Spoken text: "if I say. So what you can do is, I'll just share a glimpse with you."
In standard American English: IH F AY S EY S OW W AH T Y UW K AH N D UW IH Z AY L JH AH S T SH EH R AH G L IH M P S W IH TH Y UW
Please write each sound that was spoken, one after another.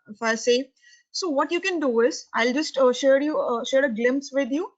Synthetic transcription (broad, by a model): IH F AY S EY S OW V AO T Y UW K AH N D UW IH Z AY L JH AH S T SH EH R AH G L IH M P S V IH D Y UW